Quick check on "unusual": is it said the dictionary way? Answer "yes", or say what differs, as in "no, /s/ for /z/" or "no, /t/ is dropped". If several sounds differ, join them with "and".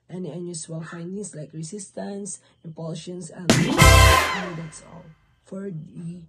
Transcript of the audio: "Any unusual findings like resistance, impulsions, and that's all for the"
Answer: no, /s/ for /ʒ/